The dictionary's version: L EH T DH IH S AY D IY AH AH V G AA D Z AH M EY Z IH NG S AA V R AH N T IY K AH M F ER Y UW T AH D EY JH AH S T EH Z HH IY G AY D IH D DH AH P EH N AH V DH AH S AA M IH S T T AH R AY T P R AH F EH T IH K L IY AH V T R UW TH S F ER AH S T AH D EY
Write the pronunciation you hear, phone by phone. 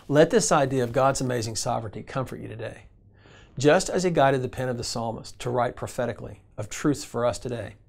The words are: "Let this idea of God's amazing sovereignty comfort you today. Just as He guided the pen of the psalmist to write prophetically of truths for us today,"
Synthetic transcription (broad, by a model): L EH T DH IH S AY D IY AH AH V G AA D Z AH M EY Z IH NG S AA V R AH N T IY K AH M F ER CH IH T AH D EY JH AH S T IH Z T G AY D IH D DH AH P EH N AH V DH AH S AA M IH S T T AH R AY T P R AH F EH T IH K L IY AH V T R UW TH S F ER AH S T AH D EY